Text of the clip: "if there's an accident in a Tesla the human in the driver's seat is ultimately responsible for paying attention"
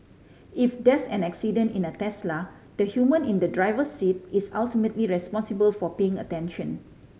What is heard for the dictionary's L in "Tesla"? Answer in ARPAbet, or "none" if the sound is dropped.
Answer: L